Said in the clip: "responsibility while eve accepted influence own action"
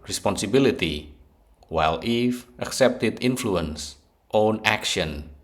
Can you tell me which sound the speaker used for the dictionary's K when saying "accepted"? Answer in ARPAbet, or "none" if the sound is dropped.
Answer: K